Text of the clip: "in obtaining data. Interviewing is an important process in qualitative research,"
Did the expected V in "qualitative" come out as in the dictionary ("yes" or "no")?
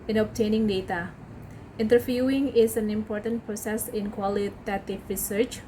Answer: no